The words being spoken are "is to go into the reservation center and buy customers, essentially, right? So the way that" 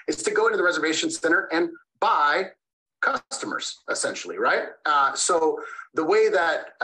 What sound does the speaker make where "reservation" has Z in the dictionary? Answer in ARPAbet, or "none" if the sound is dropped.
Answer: Z